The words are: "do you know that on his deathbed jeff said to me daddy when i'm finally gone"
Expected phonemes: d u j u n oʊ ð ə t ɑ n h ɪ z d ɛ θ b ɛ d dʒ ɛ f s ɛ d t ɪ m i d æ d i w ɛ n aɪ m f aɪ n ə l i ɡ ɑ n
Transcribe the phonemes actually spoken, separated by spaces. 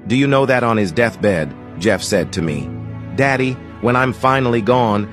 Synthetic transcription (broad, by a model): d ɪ j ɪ n oʊ ð ə t n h ɪ z d ɛ θ b ɛ d dʒ ɛ f s ɛ d t ɪ m i d æ d i w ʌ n aɪ m f aɪ n l i ɡ ɑ n